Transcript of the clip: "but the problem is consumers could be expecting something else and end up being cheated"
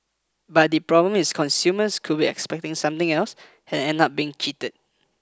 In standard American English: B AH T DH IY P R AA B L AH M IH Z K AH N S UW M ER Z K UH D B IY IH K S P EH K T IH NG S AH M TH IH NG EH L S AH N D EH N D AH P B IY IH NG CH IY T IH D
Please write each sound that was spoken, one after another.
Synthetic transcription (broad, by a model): B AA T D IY P R AA B L AH M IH S K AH N S UW M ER S K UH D B IY IH K S P EH K T IH NG S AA M T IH NG EH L S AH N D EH N AO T B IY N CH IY T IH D